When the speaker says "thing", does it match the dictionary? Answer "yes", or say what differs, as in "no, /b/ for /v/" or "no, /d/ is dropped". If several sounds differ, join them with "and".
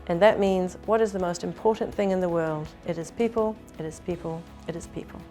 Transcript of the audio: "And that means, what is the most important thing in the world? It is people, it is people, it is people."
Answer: yes